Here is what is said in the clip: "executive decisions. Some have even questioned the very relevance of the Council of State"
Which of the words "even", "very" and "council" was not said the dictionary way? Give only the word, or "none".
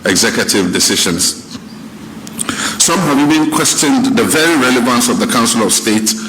even